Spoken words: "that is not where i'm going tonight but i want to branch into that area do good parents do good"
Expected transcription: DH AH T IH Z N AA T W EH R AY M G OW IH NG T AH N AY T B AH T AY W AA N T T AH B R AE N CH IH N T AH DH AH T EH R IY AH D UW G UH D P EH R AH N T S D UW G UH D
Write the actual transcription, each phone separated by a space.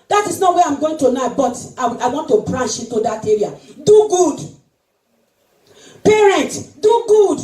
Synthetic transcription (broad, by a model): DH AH T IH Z N AA T W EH AY M G OW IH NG T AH N AY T B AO T AY W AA N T T AH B R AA N SH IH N T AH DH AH T EH R IY AH D UW G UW D P EH R AH N T S D UW G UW D